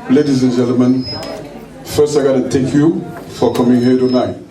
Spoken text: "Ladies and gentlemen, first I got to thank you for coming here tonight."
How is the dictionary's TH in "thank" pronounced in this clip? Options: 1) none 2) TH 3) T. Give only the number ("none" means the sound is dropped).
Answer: 3